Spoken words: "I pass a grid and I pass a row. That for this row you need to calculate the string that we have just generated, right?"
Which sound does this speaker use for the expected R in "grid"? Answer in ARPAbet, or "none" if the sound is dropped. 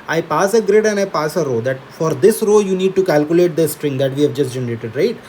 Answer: R